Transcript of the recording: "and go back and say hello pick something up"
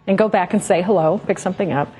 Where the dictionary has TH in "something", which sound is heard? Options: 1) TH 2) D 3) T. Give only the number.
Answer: 1